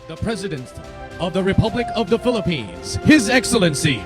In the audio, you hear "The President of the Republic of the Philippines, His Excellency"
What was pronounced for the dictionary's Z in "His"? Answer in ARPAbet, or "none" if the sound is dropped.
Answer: Z